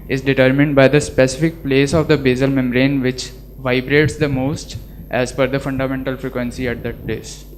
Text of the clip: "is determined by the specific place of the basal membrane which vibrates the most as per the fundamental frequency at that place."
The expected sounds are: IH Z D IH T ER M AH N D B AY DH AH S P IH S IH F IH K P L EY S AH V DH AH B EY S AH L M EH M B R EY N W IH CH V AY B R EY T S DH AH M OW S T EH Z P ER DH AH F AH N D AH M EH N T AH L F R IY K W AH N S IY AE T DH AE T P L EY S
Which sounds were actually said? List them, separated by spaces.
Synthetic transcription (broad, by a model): IH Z D IH T ER M AH N D B AY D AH S P IH S IH F IH K P L EY S AH V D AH B EY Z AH L M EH M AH R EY N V IH CH V AY B R EY T S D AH M OW S T EH Z F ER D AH F AH N D AH M EH N T AH L F R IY K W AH N S IY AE T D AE T P L EY S